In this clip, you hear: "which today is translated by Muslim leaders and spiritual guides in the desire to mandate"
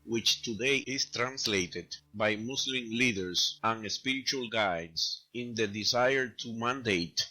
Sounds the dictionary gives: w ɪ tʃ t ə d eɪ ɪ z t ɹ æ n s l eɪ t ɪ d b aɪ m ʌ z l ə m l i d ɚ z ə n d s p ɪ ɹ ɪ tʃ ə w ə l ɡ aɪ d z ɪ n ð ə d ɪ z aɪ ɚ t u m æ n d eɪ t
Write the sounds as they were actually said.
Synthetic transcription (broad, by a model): w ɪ tʃ t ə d eɪ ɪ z t ɹ æ n s l eɪ t ɪ d b aɪ m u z l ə m l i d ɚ s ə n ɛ s p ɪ ɹ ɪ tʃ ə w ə l ɡ aɪ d s ɪ n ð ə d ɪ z aɪ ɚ t u m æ n d eɪ t